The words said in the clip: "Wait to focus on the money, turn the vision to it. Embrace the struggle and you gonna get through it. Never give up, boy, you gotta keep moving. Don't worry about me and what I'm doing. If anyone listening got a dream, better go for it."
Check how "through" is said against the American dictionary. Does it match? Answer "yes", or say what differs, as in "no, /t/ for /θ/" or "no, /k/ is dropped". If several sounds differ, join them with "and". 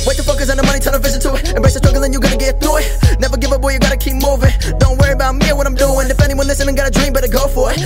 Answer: no, /ɹ/ is dropped